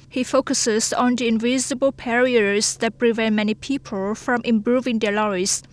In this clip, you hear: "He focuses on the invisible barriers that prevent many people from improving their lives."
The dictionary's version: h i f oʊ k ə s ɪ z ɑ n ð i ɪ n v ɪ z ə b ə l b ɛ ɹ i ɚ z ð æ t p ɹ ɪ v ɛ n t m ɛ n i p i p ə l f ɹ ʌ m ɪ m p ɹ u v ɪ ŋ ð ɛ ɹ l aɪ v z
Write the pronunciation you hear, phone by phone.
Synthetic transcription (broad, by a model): h i f oʊ k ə s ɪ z ɑ n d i ɪ n v ɪ z ə b ə l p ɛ ɹ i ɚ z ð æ t p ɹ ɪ v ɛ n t m ɛ n i p i p ə l f ɹ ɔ m ɪ m p ɹ u v ɪ ŋ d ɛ l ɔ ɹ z